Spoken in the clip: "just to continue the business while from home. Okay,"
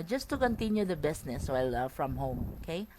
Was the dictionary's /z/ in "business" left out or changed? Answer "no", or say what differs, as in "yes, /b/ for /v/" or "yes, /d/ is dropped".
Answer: yes, /s/ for /z/